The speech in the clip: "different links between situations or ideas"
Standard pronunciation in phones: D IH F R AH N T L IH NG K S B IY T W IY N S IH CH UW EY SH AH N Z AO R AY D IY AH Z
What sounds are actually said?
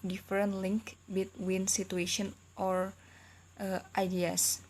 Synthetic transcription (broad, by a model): D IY F R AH N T L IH NG K B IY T W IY N S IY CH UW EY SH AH N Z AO R AY D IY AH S